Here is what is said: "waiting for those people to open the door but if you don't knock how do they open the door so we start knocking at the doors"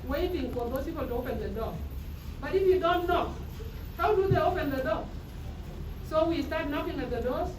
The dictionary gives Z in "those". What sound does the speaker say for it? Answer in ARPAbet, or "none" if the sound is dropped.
S